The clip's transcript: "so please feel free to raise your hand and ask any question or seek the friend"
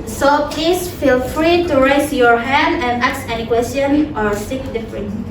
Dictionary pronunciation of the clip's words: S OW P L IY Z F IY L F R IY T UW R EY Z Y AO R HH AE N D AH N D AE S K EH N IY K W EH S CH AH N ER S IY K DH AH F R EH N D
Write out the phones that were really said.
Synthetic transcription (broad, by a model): S OW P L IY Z F IY L F R IY T UW R EY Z Y AO R HH AE N D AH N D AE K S EH N IY K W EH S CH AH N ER S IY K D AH F R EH N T